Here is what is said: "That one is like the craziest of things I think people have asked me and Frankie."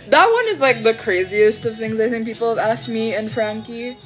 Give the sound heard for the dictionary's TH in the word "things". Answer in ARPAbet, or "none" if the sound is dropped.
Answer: TH